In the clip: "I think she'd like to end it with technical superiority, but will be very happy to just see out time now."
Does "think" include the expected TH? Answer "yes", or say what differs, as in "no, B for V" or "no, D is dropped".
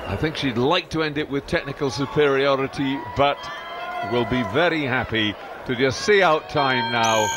yes